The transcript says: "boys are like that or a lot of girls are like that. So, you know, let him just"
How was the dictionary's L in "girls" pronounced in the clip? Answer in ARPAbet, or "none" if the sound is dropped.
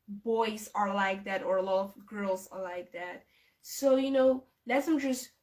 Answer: L